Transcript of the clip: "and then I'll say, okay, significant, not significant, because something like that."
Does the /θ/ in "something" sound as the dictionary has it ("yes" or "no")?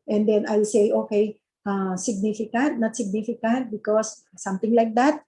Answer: no